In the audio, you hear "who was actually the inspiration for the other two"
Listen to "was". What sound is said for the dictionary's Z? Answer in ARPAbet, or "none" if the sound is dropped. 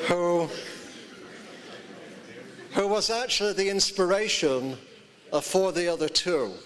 Z